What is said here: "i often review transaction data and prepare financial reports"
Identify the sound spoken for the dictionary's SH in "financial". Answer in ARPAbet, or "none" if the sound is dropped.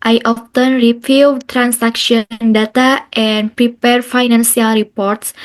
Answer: S